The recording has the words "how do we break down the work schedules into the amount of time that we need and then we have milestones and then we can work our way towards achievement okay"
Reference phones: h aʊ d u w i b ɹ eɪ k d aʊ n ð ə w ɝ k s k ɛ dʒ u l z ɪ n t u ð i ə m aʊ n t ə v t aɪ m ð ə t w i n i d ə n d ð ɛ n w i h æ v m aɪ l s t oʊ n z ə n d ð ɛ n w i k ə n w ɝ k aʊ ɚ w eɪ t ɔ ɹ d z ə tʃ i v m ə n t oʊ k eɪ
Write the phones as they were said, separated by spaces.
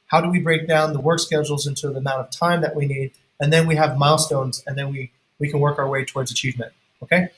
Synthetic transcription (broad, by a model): h aʊ d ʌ w i b ɹ eɪ k d aʊ n ð ə w ɝ k s k ɛ dʒ l z ɪ n t u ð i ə m aʊ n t ə v t aɪ m ð ə t w i n i d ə n ð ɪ n w i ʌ v m aɪ l s t oʊ n z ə n ð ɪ n w i k ə n w ɝ k aʊ ɚ w eɪ t ɔ ɹ d z ə tʃ i v m ə n t oʊ k eɪ